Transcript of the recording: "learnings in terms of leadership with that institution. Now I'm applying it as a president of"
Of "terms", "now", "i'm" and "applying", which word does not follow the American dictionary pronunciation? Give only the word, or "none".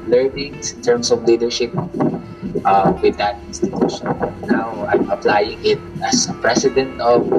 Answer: terms